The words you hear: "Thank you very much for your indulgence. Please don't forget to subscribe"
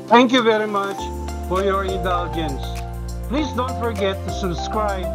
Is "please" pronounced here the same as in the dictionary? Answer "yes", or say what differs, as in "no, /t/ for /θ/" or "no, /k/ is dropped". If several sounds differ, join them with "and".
yes